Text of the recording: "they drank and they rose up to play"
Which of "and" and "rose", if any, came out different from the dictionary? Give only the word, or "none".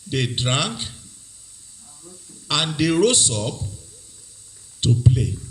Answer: rose